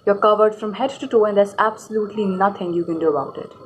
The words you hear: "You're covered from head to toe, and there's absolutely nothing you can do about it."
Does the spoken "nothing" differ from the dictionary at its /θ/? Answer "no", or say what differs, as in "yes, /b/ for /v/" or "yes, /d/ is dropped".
yes, /t/ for /θ/